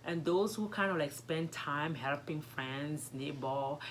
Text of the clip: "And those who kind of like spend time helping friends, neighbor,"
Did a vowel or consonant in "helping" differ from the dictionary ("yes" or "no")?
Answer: no